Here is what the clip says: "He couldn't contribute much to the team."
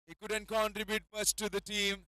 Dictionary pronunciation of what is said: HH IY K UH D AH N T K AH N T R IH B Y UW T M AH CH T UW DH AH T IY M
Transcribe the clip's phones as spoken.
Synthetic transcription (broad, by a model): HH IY K UH D AH N T K AH N T R IH B Y UW T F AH S T UW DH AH T IY M